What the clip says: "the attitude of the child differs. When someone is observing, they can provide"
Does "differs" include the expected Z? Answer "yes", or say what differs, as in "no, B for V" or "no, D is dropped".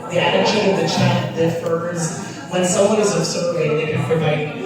yes